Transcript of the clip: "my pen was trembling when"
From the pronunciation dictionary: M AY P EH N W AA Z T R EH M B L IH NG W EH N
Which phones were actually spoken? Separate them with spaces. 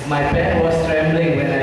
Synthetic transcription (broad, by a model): M AY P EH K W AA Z T R EH M B L IH NG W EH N